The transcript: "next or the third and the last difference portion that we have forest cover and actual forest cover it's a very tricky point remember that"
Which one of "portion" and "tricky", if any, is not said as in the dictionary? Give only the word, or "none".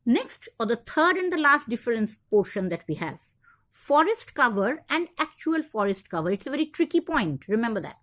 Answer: none